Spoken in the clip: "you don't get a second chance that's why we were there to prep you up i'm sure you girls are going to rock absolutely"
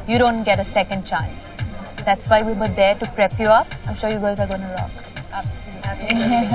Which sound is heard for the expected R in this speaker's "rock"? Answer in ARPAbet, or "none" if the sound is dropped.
L